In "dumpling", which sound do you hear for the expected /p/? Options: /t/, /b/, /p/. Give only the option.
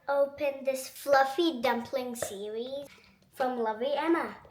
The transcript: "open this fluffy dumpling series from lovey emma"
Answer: /p/